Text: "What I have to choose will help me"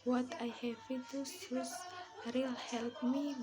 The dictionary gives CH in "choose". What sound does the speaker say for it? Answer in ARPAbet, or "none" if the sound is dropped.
S